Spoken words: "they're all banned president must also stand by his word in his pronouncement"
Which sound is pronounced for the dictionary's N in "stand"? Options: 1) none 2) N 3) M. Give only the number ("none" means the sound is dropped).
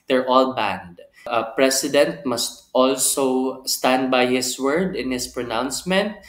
2